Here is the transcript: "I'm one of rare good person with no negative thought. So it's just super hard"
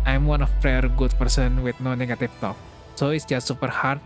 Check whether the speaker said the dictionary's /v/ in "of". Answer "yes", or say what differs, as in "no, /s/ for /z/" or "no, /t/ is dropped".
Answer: no, /p/ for /v/